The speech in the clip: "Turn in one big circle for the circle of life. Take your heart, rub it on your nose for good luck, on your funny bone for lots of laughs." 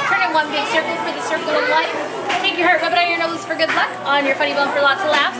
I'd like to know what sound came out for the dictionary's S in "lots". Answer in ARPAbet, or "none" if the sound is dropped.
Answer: none